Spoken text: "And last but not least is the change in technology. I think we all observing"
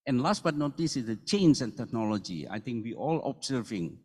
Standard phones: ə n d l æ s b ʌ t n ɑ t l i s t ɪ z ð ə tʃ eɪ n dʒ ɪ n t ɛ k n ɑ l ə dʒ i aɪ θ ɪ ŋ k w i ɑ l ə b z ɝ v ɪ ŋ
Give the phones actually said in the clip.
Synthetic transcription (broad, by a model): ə n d l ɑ s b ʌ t n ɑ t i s ɪ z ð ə tʃ eɪ n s ɪ n t ɛ k n ɑ l ə dʒ i aɪ t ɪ ŋ k w i ɑ l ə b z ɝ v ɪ ŋ